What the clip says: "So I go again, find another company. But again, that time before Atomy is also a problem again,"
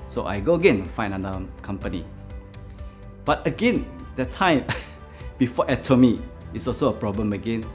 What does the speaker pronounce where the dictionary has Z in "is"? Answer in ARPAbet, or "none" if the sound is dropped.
S